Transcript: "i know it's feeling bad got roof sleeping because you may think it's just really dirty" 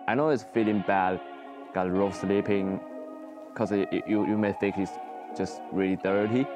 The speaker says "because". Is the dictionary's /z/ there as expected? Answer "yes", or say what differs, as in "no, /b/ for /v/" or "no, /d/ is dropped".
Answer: no, /z/ is dropped